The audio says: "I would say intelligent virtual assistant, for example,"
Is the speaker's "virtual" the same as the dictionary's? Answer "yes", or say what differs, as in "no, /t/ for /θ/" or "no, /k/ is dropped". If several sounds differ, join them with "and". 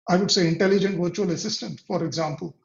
yes